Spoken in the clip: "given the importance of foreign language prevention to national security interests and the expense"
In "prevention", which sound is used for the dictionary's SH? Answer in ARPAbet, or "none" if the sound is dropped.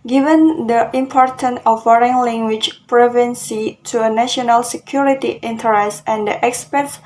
S